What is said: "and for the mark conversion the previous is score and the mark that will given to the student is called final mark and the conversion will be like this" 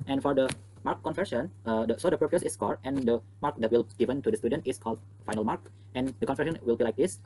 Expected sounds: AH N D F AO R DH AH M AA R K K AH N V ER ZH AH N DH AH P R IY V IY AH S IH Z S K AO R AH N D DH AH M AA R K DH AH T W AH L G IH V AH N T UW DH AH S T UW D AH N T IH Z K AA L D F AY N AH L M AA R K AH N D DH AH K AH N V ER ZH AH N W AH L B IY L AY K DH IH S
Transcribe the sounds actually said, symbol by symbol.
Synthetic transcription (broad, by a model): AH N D F AO R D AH M AA R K K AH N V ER SH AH N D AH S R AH P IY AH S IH S K AO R AH N D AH M AA R K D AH T W AH L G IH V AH N T UW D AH S T UW D AH N T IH S K AA L D F AY N AH L M AA R K AH N D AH K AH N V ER SH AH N W AH L B IY L AY K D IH S